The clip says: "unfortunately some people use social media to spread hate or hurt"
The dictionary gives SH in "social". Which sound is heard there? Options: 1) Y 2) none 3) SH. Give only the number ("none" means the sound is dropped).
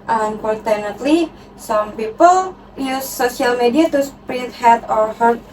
2